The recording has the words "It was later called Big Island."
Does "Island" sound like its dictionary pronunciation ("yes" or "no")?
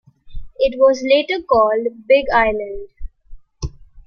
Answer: yes